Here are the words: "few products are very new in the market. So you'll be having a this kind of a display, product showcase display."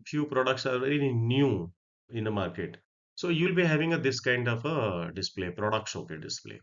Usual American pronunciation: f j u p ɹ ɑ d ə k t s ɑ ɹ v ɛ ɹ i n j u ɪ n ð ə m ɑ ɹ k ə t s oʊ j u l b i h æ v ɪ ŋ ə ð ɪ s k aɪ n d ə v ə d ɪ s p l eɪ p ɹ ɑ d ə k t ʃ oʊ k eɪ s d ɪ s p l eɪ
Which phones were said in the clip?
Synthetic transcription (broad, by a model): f j u p ɹ ɑ d ə k t s ɑ ɹ v ɛ ɹ i n j u ɪ n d ə m ɑ ɹ k ə t s oʊ j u l b i h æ v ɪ ŋ ə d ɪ s k aɪ n d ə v ə d ɪ s p l eɪ p ɹ ɑ d ə k t s oʊ k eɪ d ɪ s p l eɪ